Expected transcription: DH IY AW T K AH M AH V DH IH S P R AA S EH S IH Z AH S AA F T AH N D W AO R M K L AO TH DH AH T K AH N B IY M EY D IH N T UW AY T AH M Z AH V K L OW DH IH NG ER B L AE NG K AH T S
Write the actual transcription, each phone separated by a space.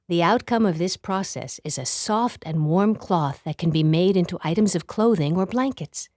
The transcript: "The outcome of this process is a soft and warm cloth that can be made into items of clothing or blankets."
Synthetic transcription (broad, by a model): DH IY AW T K AH M AH V DH IH S P R AA S EH S IH Z AH S AA F T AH N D W AO R M K L AO TH DH AH T K AH N B IY M EY D IH N T UW AY T AH M Z AH V K L OW DH IH NG ER B L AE NG K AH T S